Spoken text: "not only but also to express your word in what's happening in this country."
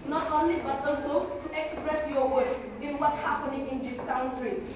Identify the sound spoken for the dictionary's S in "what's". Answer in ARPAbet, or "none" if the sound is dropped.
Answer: none